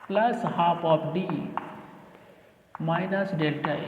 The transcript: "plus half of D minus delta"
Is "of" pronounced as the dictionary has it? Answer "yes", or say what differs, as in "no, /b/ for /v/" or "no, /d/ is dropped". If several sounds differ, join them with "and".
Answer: no, /p/ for /v/